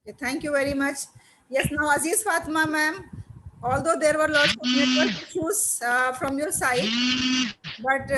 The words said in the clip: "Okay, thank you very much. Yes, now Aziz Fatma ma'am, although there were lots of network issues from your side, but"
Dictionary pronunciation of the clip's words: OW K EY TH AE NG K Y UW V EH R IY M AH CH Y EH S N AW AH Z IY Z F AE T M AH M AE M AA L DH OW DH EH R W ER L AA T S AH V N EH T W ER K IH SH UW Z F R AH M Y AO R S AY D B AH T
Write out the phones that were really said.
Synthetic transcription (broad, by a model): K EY T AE NG K Y UW V EH R IY M AH CH Y EH S N AW AH Z IY Z F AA T M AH M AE M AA L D OW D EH R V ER L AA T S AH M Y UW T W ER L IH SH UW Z F R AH M Y AO R S AY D B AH T